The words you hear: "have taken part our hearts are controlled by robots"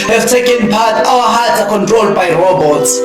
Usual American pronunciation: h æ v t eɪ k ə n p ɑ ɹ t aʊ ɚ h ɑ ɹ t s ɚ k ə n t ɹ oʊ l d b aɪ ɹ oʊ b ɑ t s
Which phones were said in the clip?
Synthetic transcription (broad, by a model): h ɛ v t eɪ k ə n p ɑ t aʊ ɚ h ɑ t ɚ k ə n t ɹ oʊ l d b aɪ ɹ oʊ b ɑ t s